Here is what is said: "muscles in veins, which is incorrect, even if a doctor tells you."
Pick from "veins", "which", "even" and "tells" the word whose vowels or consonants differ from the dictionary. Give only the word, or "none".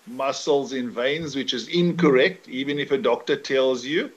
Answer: none